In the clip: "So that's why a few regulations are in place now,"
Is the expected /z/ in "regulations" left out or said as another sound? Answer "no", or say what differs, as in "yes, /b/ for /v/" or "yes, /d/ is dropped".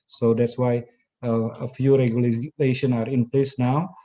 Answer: yes, /z/ is dropped